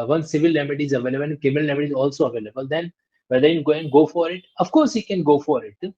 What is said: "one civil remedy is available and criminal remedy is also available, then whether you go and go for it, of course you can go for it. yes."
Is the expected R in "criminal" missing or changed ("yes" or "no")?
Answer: yes